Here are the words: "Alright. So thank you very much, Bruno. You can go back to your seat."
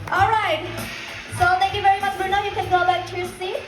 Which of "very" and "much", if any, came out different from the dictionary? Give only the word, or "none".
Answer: none